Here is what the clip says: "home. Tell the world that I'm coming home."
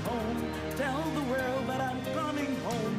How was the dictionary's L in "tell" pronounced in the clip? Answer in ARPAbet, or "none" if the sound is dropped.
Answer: N